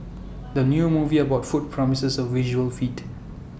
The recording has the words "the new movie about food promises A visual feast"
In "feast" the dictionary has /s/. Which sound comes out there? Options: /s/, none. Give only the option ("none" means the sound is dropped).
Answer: none